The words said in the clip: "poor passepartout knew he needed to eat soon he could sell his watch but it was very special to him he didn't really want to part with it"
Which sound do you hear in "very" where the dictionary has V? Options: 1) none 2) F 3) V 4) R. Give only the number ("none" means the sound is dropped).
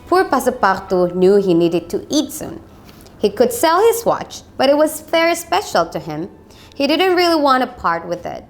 2